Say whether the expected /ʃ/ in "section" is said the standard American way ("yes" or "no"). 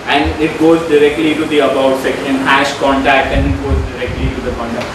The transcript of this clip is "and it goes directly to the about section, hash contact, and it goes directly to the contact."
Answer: no